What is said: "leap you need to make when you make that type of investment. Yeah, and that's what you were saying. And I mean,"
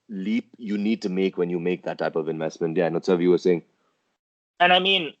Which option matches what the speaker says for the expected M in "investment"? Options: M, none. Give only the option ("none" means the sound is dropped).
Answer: M